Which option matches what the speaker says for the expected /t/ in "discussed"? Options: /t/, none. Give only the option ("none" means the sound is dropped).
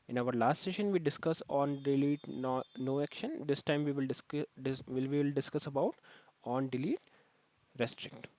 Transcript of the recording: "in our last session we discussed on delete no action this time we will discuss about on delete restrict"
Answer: none